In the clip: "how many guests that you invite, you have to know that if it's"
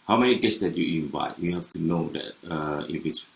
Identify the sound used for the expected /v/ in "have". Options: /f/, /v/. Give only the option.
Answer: /f/